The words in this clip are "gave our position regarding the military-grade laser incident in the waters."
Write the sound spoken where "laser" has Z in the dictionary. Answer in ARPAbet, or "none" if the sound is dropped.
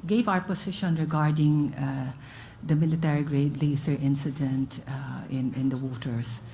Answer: S